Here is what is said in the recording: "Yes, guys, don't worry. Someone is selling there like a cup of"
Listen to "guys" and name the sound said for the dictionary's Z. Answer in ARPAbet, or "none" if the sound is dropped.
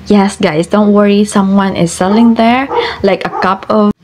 S